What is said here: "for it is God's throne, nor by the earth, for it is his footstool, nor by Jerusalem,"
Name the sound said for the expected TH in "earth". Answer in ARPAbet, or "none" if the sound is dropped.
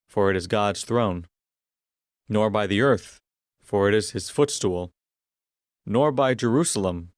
TH